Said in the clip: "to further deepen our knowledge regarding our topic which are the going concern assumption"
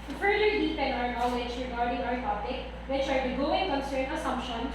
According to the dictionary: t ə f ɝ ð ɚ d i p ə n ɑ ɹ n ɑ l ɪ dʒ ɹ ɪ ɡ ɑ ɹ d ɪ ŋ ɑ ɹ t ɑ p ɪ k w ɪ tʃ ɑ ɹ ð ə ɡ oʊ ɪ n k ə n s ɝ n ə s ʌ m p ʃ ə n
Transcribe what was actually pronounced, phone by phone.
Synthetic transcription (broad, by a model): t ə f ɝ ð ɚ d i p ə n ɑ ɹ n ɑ w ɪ tʃ ɹ ɪ ɡ ɑ ɹ d ɪ ŋ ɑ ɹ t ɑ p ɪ k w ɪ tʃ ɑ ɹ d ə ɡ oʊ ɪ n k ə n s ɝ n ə s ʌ m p ʃ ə n